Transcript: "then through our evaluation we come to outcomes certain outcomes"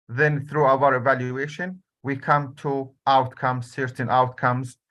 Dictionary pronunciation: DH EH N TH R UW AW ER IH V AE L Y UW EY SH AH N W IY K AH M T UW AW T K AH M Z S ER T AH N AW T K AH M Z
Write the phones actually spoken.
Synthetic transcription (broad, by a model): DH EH N TH R UW AW ER IH V AE L Y UW EY SH AH N W IY K AH M T UW AW T K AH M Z S ER T AH N AW T K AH M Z